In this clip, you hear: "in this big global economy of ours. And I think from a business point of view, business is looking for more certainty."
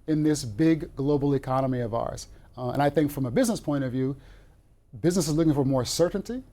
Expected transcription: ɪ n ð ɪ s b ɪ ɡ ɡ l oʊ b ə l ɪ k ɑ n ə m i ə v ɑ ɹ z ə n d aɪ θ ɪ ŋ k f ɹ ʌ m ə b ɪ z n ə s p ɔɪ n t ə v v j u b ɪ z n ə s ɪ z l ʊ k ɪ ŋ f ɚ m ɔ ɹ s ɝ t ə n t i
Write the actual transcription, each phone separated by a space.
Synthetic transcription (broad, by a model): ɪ n ð ɪ s b ɪ ɡ ɡ l oʊ b l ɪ k ɑ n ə m i ə v ɑ ɹ z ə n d aɪ θ ɪ ŋ k f ɹ ʌ m ə b ɪ z n ə s p ɔɪ t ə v v j u b ɪ z n ə s ɪ z l ʊ k ɪ ŋ f ɚ m ɔ ɹ s ɝ t n t i